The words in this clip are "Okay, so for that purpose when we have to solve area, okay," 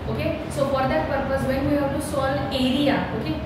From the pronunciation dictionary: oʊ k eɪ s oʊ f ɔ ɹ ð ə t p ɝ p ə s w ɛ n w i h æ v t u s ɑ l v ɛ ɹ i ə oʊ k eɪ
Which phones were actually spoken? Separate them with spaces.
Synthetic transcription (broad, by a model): oʊ k eɪ s oʊ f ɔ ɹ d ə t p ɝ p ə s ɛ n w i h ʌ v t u s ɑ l ɛ ɹ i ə oʊ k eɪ